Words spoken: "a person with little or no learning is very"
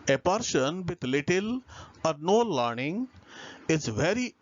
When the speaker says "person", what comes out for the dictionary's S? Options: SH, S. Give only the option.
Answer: SH